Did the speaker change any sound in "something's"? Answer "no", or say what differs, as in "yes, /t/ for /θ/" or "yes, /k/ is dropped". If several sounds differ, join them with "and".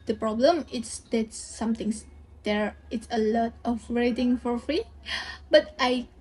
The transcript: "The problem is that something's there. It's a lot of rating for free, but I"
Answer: yes, /t/ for /θ/